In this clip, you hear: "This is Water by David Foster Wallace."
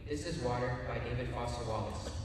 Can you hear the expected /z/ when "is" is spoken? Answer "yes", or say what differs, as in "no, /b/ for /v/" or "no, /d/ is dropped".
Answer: yes